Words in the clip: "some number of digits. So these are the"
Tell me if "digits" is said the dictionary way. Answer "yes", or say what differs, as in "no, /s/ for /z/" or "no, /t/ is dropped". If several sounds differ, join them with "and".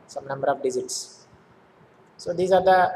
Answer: no, /z/ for /dʒ/